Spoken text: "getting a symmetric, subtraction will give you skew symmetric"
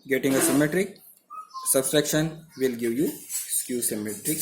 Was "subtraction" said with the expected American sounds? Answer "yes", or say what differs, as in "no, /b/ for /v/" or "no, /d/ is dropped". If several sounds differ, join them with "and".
no, /s/ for /t/